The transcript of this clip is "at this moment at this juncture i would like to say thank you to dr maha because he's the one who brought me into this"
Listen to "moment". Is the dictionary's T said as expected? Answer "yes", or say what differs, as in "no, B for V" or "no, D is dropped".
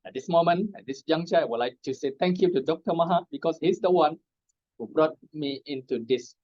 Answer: no, T is dropped